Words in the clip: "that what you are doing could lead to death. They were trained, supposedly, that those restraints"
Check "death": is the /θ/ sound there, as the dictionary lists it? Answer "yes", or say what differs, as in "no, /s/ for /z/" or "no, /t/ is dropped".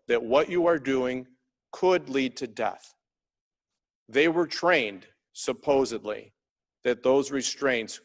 yes